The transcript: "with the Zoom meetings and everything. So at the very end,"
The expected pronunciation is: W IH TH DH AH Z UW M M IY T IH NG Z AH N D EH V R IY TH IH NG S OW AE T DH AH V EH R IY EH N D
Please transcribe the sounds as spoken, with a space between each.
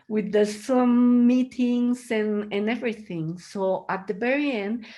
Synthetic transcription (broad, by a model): W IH DH AH S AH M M IY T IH NG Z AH N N EH V R IY TH IH NG S OW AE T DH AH B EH R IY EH N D